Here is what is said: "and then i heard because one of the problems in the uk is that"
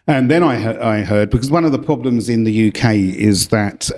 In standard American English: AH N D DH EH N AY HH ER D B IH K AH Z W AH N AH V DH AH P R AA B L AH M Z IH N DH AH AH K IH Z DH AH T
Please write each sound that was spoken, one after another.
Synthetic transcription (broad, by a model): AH N DH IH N AY HH ER D B IH K AH Z W AH N AH V DH AH P R AA B L AH M Z IH N DH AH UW K IH Z DH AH T